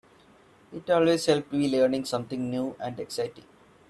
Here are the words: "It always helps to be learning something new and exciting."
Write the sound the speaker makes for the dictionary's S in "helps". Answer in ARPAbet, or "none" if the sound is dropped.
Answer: none